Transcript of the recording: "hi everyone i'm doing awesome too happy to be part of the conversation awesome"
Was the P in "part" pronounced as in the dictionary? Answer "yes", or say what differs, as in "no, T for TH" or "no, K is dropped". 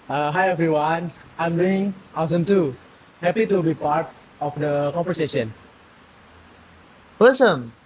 yes